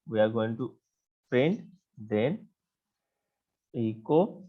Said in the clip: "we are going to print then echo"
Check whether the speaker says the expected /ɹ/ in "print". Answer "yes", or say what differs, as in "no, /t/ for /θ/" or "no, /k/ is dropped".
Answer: no, /ɹ/ is dropped